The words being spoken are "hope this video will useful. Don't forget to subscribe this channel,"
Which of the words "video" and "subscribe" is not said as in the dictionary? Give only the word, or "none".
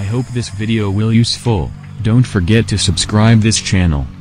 none